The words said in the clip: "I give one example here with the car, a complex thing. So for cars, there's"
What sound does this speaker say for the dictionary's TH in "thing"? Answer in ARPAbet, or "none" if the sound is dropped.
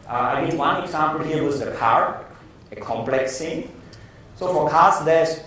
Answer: T